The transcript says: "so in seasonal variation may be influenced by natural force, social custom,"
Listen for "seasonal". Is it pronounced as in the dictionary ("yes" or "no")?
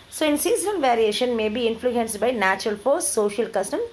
no